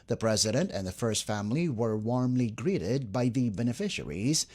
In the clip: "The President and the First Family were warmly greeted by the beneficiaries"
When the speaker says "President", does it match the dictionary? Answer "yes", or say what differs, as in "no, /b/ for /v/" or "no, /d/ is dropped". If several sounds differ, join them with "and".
yes